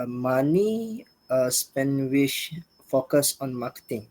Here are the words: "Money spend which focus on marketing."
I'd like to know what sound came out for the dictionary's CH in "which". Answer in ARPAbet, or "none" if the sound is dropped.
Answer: SH